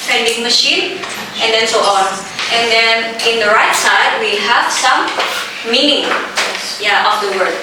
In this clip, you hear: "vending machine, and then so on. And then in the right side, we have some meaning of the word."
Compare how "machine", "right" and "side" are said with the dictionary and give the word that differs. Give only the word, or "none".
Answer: none